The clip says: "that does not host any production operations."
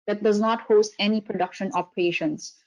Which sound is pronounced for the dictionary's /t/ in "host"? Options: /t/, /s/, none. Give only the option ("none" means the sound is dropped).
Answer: /t/